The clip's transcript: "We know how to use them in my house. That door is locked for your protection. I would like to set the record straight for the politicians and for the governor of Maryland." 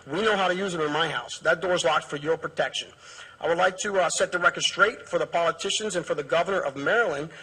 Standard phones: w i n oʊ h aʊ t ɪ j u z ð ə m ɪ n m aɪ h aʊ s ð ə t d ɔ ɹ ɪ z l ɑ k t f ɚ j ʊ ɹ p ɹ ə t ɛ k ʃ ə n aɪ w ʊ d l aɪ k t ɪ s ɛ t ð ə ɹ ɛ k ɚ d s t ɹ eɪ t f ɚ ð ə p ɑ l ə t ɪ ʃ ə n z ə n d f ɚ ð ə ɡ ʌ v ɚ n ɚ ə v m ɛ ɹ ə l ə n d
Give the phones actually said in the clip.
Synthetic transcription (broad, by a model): w i n oʊ h aʊ t ɪ j u z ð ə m ɪ n m aɪ h aʊ s ð ə t d ɔ ɹ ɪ z l ɑ k t f ɚ j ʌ ɹ p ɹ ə t ɛ k ʃ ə n aɪ w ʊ d l aɪ k t ɪ s ɛ t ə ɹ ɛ k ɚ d s t ɹ eɪ t f ɚ ð ə p ɑ l ə t ɪ ʃ ə n z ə n f ɚ ð ə ɡ ʌ v ɚ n ɚ ə v m ɛ ɹ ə l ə n